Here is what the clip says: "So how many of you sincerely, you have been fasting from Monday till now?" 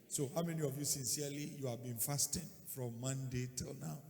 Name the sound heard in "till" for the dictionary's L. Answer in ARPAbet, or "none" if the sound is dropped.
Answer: L